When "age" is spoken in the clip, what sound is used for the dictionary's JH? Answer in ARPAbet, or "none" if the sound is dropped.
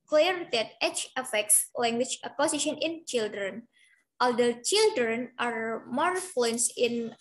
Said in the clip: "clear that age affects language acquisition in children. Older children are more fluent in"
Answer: CH